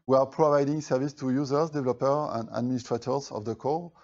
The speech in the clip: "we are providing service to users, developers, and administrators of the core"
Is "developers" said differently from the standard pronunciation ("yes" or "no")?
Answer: yes